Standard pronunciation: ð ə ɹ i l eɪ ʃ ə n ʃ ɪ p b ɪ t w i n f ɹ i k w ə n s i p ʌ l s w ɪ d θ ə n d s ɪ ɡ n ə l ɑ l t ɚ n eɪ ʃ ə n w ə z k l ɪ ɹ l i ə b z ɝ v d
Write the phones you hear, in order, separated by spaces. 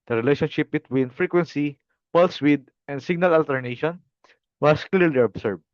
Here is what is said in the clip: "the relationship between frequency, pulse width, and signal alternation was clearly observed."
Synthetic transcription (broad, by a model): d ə ɹ i l eɪ ʃ ə n ʃ ɪ p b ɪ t w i n f ɹ i k w ə n s i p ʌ l s w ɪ d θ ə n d s ɪ ɡ n ə l ɑ l t ɚ n eɪ ʃ ə n w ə s k l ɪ ɹ l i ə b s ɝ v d